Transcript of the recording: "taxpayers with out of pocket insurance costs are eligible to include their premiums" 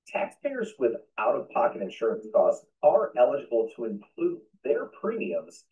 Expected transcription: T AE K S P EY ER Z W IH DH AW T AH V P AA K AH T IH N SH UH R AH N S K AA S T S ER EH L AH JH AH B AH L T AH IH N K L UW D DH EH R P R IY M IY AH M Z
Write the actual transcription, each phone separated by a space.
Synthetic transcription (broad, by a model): T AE K S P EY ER Z W IH DH AW T AH V P AA K AH T IH N SH UH R AH N S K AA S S ER EH L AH JH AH B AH L T AH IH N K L UW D DH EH R P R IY M IY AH M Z